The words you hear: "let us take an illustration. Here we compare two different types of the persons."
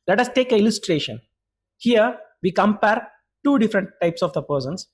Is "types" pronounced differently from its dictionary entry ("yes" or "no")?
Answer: no